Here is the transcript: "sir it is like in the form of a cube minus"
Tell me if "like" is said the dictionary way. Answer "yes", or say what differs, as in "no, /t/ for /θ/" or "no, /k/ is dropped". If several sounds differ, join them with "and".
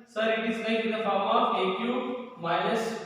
no, /n/ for /l/